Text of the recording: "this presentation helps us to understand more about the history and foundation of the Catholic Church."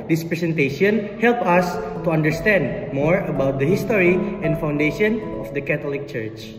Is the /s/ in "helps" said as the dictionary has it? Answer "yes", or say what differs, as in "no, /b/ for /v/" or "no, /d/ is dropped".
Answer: no, /s/ is dropped